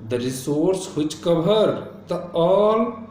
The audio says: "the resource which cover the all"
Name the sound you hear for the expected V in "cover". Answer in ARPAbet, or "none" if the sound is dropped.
B